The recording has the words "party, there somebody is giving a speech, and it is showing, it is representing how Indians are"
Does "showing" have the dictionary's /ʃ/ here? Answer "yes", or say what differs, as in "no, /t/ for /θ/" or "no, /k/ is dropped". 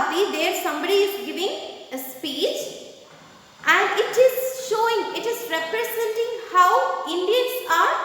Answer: yes